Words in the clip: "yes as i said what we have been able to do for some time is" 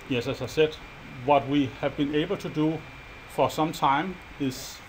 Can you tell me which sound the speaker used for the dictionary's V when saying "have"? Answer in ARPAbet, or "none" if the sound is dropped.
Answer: V